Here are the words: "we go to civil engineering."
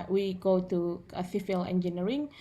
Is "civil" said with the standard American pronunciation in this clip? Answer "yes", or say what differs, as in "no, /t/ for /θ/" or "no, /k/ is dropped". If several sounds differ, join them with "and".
no, /f/ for /v/